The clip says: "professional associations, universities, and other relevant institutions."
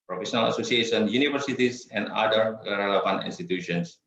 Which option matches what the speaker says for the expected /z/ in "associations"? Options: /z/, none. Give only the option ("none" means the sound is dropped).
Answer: none